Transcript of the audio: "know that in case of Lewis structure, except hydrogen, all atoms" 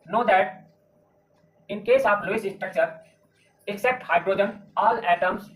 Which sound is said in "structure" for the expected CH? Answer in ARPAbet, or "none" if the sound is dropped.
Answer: CH